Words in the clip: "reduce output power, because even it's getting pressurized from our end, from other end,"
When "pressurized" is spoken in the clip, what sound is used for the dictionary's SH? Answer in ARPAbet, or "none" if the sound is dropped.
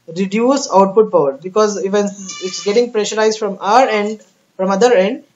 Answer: SH